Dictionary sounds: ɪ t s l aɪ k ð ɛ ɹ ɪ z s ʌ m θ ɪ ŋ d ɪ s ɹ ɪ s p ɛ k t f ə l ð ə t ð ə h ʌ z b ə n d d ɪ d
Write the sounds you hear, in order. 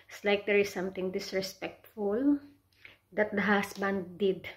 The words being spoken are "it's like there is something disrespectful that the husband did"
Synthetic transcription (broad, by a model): s l aɪ k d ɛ ɹ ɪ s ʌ m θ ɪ ŋ d ɪ s ɹ ɪ s p ɛ k t f ə l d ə t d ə h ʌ s b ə n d d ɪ d